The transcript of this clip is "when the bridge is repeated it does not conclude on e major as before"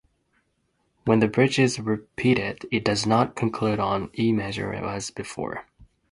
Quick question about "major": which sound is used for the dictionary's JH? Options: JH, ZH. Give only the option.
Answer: ZH